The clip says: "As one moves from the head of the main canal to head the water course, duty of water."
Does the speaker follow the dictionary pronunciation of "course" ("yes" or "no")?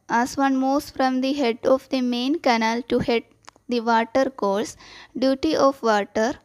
no